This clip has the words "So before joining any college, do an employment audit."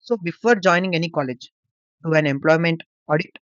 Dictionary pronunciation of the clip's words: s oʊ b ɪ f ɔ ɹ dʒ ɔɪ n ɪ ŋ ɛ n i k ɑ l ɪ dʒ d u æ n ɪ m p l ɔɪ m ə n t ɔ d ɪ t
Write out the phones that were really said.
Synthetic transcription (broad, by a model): s oʊ b ɪ f ɔ ɹ dʒ ɔɪ n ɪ ŋ ɛ n i k ɑ l ɪ dʒ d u æ n ɪ m p l ɔɪ m ə n t ɔ d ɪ t